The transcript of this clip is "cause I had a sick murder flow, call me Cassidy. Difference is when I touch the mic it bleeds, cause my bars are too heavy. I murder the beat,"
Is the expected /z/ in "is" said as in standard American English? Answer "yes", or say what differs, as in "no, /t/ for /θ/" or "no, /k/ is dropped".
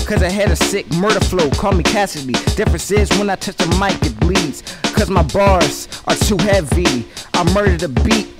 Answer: yes